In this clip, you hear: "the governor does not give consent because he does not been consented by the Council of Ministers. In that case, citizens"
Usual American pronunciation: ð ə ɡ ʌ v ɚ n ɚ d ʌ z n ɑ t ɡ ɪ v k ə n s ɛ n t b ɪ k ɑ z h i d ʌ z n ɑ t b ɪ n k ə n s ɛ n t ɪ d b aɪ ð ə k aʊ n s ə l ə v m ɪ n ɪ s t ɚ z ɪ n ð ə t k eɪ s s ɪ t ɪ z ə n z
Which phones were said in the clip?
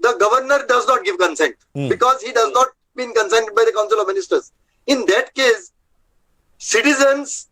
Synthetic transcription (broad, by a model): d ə ɡ ʌ v ɚ n ɚ d ʌ z n ɑ t ɡ ɪ v k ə n s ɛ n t b ɪ k ɑ z h i d ʌ z n ɑ t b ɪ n k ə n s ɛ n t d b aɪ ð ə k aʊ n s ə l ə v m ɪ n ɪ s t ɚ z ɪ n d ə t k eɪ s s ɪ t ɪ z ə n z